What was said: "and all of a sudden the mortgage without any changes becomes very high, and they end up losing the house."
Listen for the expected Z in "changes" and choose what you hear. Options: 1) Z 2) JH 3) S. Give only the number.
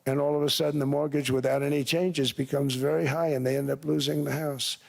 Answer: 1